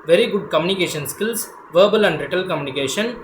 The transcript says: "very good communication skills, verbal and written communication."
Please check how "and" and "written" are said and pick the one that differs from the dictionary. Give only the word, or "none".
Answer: written